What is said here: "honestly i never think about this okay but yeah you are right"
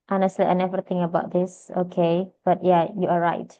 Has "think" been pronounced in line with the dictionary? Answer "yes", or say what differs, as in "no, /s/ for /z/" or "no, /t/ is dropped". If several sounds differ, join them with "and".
no, /k/ is dropped